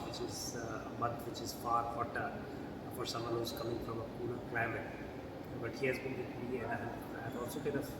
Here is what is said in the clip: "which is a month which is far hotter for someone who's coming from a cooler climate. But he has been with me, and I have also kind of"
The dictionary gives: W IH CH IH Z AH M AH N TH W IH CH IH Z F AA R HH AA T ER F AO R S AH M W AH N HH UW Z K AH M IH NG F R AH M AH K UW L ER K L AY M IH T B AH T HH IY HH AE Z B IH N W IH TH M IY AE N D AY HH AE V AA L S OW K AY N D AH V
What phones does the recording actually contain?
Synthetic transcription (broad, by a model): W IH CH IH Z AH M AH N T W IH CH IH Z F AA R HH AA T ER F AO R S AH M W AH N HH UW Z K AH M IH NG F R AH M AH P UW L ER K L AY M IH T B AH T HH IY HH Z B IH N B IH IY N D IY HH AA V AA L S OW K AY D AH